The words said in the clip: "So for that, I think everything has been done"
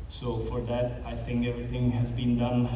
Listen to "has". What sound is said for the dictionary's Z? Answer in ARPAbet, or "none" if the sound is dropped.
Z